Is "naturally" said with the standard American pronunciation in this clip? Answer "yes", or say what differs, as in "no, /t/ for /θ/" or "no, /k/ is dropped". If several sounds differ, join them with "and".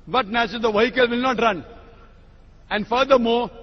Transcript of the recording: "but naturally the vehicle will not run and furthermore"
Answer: no, /ɹ/ is dropped